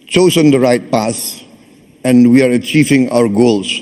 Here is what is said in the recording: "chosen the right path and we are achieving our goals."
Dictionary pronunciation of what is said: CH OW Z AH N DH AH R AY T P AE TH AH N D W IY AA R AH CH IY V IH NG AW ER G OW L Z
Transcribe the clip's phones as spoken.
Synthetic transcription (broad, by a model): CH OW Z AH N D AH R AY T P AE S AH N D W IY AA R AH CH IY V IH NG AW ER G OW L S